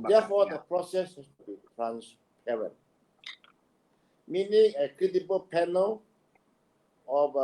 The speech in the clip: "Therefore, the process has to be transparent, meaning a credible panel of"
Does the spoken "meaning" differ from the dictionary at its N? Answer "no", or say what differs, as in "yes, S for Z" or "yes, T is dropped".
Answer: no